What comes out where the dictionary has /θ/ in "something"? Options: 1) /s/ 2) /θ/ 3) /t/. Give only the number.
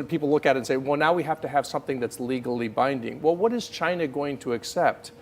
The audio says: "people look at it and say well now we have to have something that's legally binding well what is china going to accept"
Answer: 2